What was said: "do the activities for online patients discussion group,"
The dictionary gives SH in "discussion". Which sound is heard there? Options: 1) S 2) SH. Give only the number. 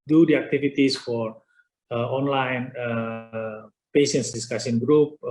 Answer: 1